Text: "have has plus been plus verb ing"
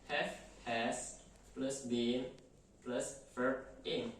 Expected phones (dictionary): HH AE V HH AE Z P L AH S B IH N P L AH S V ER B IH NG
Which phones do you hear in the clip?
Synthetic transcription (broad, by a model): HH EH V HH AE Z P L AH S B IH N P L AH S F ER IH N